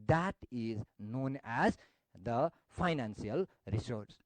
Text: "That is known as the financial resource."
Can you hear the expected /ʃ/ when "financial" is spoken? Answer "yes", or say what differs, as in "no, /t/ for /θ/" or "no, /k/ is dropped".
no, /s/ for /ʃ/